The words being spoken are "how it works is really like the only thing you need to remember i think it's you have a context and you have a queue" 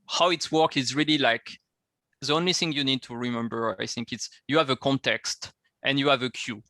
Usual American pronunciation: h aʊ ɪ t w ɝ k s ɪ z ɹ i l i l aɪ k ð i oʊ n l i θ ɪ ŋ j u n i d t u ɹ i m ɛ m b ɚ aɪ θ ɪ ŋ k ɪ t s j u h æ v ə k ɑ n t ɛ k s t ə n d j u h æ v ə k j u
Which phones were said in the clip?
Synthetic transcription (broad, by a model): h aʊ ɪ t w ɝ k ɪ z ɹ i l i l aɪ k ð i oʊ n l i θ ɪ ŋ j u n i d t u ɹ i m ɛ m b ɚ aɪ θ ɪ ŋ k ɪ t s j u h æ v ə k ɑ n t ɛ k s t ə n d j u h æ v ə k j u